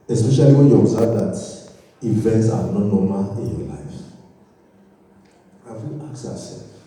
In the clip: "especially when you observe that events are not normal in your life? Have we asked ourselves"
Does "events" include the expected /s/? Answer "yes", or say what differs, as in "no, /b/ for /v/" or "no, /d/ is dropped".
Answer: yes